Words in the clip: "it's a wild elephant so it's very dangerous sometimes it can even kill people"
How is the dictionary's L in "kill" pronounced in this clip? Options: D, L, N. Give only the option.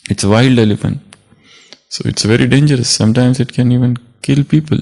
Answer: L